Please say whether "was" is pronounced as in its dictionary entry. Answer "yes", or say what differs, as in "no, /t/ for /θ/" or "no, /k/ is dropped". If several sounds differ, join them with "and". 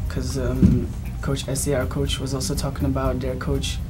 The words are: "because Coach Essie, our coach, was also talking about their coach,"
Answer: yes